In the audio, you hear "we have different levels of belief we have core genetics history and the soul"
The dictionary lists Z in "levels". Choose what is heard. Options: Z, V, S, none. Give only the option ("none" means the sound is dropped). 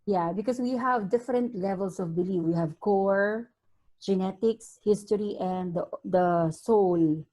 S